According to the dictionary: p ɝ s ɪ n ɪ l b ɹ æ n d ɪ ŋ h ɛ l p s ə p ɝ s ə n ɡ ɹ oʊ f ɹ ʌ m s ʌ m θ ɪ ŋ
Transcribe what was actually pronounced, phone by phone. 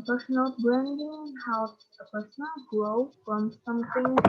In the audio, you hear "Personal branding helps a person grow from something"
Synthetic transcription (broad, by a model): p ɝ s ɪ n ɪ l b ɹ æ n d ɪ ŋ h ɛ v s ə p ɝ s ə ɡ oʊ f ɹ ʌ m s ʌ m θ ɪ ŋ